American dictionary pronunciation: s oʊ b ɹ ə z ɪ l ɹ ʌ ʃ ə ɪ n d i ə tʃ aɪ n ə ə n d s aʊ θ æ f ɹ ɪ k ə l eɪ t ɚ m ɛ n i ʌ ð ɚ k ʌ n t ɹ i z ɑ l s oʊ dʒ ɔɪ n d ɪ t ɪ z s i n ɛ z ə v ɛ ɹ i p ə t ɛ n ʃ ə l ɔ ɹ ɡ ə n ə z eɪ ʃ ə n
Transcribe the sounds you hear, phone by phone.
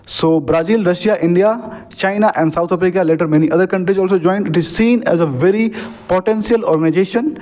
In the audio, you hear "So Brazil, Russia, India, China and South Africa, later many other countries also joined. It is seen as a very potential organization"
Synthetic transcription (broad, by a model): s oʊ b ɹ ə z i l ɹ ʌ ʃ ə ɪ n d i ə tʃ aɪ n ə ə n d s aʊ t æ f ɹ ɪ k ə l eɪ t ɚ m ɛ n i ʌ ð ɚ k ʌ n t ɹ i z ɑ l s oʊ dʒ ɔɪ n d ɪ t ɪ z s i n ɛ z ə v ɛ ɹ i p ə t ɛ n s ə l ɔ ɹ ɡ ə n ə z eɪ ʃ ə n